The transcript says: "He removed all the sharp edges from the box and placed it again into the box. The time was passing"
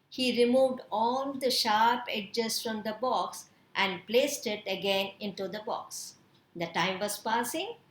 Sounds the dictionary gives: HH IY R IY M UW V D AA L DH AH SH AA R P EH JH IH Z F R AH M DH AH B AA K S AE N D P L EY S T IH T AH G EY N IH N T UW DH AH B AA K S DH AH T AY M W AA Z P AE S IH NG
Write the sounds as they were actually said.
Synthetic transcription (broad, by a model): HH IY R IY M UW V D AA L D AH SH AA R P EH JH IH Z F R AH M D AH B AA K S AE N D P L EY S T IH T AH G EY N IH N T UW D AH B AA K S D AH T AY M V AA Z P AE S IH NG